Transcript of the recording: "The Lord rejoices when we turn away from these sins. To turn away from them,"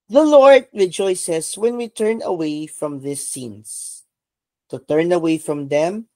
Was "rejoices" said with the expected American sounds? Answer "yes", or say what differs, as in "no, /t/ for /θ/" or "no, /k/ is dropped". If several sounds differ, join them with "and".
no, /s/ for /z/